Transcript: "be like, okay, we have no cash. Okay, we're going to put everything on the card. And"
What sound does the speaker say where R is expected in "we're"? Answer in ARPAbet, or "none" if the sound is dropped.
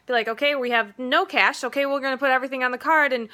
L